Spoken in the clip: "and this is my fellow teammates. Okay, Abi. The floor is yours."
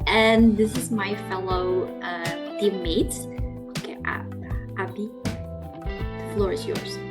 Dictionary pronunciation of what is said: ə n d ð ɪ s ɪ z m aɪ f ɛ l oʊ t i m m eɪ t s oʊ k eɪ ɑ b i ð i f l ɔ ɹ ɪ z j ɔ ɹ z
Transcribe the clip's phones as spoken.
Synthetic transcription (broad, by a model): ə n ð ɪ s ɪ z m aɪ f ɛ l oʊ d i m m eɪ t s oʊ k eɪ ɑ i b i f l ɔ ɹ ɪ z j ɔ ɹ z